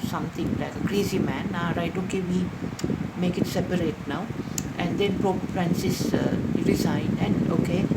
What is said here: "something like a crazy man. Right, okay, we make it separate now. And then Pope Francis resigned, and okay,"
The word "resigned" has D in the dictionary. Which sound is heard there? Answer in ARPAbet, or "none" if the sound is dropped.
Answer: none